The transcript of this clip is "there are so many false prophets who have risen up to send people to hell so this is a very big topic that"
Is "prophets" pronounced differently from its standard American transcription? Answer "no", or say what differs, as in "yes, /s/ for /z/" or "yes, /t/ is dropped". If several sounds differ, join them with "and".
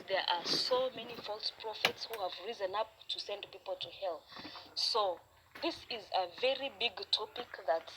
no